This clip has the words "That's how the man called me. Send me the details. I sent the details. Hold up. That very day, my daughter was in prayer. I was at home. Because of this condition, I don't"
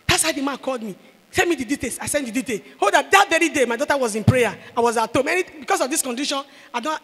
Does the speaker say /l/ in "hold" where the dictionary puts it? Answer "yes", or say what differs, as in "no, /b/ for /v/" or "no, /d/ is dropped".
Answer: no, /l/ is dropped